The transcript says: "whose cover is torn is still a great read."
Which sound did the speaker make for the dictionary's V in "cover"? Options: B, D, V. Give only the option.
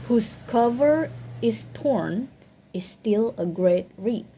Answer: V